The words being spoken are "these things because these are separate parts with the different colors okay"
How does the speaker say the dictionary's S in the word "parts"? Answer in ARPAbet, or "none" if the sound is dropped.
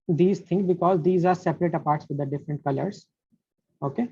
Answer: S